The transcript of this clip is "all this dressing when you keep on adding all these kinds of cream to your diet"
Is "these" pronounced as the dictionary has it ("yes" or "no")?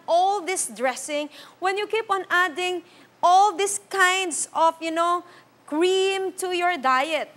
no